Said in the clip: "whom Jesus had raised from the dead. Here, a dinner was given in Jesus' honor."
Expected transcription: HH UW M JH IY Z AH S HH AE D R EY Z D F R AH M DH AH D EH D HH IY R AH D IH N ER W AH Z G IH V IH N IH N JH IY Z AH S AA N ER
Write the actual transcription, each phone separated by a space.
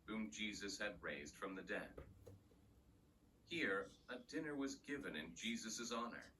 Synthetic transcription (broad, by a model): HH UW M JH IY Z AH S HH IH D R EY Z D F R AH M DH AH D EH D HH IY R AH D IH N ER W AH Z G IH V IH N IH N JH IY Z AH S AA N ER